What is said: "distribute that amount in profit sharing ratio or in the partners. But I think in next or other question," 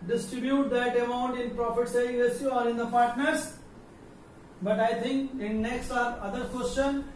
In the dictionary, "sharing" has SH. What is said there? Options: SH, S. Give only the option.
S